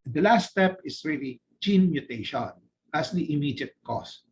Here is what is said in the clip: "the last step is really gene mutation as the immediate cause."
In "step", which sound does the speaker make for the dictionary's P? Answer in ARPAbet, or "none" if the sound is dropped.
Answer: P